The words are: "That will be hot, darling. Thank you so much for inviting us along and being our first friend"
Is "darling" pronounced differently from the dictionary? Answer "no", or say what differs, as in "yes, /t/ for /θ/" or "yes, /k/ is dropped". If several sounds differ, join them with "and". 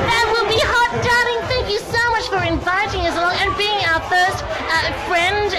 yes, /l/ is dropped